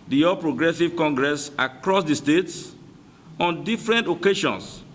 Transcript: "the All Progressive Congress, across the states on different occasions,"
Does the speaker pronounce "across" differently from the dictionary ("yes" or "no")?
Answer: no